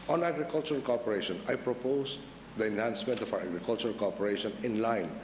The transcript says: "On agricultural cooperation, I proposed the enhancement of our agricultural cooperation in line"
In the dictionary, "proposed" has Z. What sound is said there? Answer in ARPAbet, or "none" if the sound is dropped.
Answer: S